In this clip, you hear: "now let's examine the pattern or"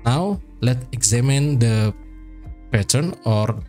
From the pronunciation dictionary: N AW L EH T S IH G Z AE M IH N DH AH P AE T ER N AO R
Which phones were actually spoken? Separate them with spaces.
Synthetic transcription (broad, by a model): N AW L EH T IH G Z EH M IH N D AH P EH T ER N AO R